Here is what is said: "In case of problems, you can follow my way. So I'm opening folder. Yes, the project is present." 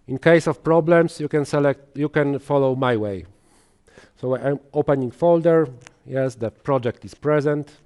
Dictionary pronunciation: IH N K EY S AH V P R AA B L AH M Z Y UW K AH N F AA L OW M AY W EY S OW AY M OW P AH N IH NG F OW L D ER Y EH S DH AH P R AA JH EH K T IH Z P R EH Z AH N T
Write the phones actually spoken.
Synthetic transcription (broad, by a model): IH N K EY S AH F P R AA B L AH M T Y UW K AH N F AA L OW M AY W EY S OW AY M OW P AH N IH NG F OW L D ER Y EH S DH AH P R AA JH EH K T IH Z P R EH Z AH N T